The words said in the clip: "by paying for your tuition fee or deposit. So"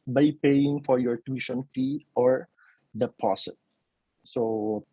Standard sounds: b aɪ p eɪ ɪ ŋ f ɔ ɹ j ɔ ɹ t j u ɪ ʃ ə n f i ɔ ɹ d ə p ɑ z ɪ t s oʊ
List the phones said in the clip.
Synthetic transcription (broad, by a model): b aɪ p eɪ ɪ ŋ f ɔ ɹ j ɔ ɹ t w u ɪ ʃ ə n f i ɔ ɹ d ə p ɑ s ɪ t s oʊ